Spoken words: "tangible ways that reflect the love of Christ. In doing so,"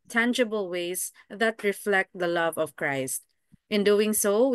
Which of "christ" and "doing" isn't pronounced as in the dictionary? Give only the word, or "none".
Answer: none